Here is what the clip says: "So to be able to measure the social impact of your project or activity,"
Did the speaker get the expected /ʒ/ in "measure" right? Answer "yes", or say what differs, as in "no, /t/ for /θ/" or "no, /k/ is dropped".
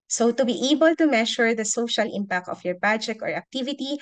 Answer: no, /ʃ/ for /ʒ/